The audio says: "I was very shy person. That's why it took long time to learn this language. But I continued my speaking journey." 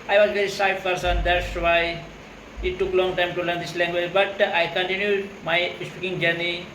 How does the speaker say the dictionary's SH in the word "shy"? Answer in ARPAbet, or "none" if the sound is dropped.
S